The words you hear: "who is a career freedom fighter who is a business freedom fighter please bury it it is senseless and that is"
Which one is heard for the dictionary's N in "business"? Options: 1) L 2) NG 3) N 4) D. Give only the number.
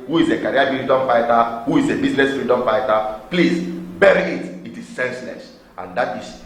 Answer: 1